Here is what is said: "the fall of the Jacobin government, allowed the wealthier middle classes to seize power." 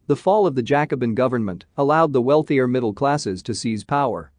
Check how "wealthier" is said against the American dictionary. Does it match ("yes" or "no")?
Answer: yes